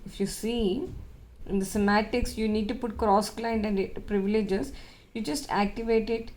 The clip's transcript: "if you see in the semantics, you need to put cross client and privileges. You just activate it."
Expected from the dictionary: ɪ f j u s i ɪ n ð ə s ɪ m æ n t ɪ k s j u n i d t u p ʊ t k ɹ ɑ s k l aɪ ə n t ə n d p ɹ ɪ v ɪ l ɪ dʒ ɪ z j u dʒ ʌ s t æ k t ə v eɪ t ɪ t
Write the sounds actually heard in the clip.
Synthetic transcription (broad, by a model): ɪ f j u s i ɪ n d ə s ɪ m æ t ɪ k s j u n i d t u p ʊ t k ɹ ɑ s k l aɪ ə n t ə n d p ɹ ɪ v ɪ l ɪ dʒ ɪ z j u dʒ ʌ s t æ k t ə v eɪ t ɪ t